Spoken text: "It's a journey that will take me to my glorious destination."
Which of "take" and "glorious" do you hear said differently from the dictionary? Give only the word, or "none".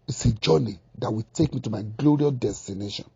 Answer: glorious